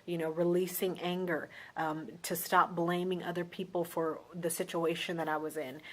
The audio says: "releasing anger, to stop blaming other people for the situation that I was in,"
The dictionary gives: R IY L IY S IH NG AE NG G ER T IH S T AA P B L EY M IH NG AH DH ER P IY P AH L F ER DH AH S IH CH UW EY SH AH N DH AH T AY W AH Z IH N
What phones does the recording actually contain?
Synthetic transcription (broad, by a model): R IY L IY S IH NG AE NG G ER T IH S T AA P B L EY M IH NG AH DH ER P IY P L F ER DH AH S IH CH UW EY SH AH N DH AH T AY W AH Z IH N